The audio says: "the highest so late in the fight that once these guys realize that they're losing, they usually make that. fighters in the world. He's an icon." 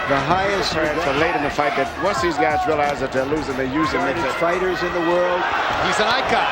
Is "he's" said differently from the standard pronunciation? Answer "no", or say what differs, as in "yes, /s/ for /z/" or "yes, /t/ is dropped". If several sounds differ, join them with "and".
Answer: no